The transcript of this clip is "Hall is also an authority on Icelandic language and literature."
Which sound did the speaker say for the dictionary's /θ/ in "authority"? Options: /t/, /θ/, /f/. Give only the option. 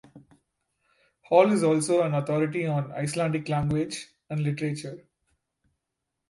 /t/